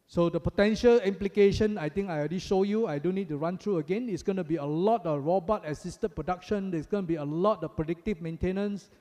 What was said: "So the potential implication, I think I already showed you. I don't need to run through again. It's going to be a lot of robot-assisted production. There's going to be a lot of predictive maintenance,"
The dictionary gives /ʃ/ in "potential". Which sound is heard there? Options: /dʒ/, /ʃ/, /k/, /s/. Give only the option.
/ʃ/